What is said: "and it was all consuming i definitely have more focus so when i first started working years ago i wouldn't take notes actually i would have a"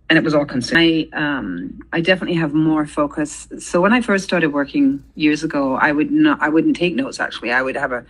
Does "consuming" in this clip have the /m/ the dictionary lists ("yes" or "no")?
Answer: no